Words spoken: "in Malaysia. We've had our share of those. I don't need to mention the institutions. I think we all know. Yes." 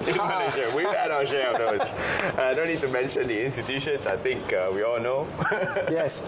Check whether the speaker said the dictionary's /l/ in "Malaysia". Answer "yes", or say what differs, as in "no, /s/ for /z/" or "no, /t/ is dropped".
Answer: no, /n/ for /l/